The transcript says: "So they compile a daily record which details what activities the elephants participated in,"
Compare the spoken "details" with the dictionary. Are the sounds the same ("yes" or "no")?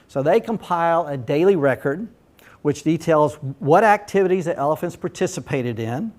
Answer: yes